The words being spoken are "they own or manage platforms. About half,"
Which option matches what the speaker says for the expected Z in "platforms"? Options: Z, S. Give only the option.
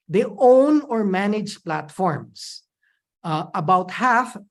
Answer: S